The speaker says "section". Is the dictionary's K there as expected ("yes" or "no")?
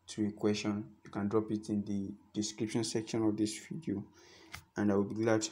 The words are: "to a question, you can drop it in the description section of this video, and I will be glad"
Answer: yes